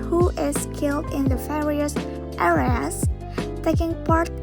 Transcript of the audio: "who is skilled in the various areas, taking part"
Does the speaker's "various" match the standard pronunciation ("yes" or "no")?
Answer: no